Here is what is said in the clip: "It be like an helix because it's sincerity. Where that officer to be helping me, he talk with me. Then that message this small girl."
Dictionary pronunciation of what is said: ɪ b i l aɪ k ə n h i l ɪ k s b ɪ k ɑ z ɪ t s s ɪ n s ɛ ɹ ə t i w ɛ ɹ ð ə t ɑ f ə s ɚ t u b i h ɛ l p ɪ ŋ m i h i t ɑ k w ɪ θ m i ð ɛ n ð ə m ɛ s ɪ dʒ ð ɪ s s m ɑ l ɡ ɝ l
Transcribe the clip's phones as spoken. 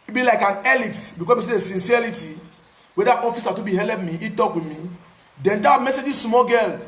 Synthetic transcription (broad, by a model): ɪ b i l aɪ k ə n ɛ l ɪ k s b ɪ k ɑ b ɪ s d s ɪ n s ɛ ɹ ə t i w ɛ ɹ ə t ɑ f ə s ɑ t u b i h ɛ l ɪ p m i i t ɑ k w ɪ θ m i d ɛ n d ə m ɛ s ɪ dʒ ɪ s s m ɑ ɡ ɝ l